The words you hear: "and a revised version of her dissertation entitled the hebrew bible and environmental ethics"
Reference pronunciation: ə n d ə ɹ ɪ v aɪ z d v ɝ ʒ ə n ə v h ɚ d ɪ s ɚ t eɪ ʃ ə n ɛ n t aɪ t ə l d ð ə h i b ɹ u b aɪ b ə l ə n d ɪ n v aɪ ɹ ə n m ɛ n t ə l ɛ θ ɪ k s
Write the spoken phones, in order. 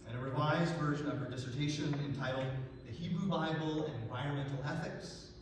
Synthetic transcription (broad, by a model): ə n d ə ɹ ɪ v aɪ z d v ɝ ʒ ə n ə v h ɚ d ɪ s ɚ t eɪ ʃ ə n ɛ n t aɪ t l d ð ə h i b ɹ u b aɪ b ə l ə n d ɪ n v aɪ ɹ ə n m ɛ n t l ɛ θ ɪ k s